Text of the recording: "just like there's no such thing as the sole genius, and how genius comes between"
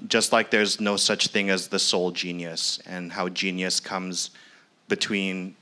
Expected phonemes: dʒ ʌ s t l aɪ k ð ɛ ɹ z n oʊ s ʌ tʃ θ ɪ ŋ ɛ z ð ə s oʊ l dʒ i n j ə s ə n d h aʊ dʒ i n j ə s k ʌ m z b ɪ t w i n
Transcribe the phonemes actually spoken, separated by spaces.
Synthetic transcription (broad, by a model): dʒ ʌ s t l aɪ k ð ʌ ɹ z n oʊ s ʌ tʃ θ ɪ ŋ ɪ z ð ə s oʊ l dʒ i n j ə s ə n h aʊ dʒ i n j ə s k ʌ m z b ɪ t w i n